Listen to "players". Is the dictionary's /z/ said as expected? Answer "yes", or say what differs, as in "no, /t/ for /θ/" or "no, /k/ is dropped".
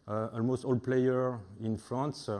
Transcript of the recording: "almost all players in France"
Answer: no, /z/ is dropped